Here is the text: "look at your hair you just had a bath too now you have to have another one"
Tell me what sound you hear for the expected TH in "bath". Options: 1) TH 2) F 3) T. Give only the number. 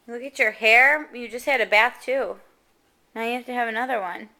1